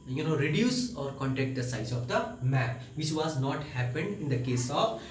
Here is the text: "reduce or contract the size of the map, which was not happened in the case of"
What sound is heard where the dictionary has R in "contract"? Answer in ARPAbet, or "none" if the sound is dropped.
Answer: none